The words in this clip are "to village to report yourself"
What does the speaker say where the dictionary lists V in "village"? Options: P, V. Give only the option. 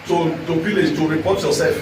P